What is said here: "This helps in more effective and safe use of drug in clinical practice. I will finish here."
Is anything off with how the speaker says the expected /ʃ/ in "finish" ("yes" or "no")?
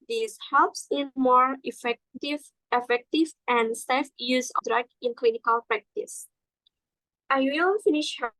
no